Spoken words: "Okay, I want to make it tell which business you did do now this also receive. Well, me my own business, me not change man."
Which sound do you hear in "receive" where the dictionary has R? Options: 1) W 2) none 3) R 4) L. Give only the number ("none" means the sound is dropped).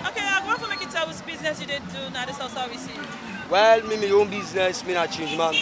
1